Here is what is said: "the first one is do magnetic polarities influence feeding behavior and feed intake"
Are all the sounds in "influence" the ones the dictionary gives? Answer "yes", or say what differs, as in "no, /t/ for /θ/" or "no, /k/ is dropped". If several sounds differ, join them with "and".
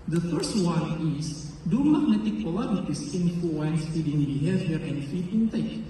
no, /l/ is dropped